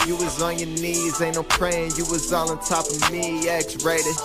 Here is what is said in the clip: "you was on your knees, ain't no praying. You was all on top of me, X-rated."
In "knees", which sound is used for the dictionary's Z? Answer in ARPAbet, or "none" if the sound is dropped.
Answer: Z